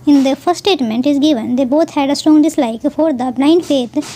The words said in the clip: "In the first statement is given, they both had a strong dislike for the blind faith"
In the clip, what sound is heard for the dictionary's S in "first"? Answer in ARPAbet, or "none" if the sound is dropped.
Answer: none